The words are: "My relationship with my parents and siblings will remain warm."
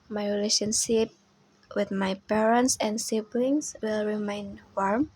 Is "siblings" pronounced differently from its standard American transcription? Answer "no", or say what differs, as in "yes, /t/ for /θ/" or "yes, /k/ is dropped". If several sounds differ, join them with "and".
yes, /s/ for /z/